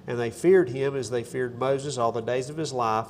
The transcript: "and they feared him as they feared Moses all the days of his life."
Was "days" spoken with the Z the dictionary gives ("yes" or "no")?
yes